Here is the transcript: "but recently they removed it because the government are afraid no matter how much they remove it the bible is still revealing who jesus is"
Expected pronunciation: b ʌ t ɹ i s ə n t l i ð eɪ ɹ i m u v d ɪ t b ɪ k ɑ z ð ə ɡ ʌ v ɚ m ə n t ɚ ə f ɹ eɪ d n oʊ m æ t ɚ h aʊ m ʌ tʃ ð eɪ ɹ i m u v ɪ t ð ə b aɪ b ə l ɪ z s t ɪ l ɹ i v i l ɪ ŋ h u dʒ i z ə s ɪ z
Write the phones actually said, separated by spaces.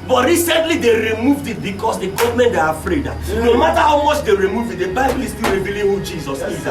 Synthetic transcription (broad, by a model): b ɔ t ɹ i s ə n t l i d eɪ ɹ i m u v d ɪ t b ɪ k ɑ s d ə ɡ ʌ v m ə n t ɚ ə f ɹ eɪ d n oʊ m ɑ t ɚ h aʊ m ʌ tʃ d eɪ ɹ i m u v ɪ t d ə b aɪ b ə l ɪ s t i l ɹ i v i l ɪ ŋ h u dʒ i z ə s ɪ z